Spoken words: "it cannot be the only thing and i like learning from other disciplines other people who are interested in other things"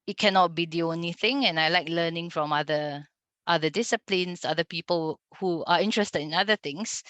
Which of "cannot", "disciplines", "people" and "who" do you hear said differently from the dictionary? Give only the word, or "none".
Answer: disciplines